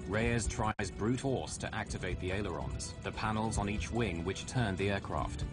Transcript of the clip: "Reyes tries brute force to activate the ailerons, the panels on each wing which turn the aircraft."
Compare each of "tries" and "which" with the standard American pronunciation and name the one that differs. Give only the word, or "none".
none